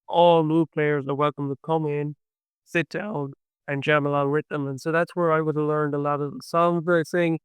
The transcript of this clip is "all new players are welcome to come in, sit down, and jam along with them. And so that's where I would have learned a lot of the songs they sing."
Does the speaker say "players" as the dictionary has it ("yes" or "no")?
yes